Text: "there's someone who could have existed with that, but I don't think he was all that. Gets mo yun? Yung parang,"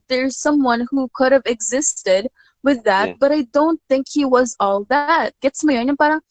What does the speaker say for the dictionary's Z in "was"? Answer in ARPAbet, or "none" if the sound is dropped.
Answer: Z